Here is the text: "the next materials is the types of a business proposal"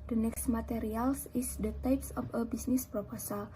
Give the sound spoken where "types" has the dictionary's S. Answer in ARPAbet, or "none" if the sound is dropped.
S